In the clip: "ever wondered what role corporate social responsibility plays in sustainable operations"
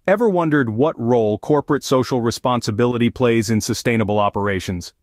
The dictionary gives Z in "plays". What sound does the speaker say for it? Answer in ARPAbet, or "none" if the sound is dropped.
Z